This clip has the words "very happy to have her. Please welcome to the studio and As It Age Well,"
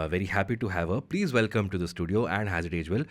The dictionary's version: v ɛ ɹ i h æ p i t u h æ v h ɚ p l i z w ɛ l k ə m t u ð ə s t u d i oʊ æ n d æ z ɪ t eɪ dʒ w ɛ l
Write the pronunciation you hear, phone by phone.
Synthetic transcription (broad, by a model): v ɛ ɹ i h æ p i t u h æ v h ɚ p l i z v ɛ l k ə m t u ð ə s t u d i oʊ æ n d æ z ɪ t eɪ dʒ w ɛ l